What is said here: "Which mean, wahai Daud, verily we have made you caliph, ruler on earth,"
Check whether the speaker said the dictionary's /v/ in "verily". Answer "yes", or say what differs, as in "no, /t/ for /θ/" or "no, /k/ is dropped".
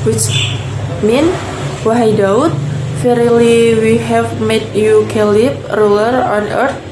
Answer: no, /f/ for /v/